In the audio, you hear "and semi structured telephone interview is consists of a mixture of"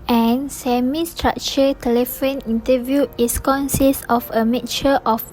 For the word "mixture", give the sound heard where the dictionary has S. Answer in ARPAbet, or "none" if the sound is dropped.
none